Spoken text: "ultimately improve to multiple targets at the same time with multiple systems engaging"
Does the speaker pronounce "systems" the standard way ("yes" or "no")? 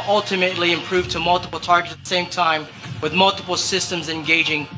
yes